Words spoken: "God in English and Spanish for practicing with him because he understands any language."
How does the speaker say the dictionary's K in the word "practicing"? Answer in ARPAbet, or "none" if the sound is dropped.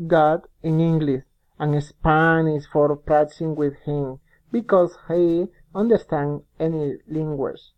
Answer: none